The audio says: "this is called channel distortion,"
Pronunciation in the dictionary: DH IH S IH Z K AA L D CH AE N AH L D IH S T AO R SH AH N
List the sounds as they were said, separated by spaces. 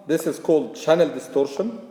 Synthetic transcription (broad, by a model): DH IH S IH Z K AA L D CH AE N AH L D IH S T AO R SH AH N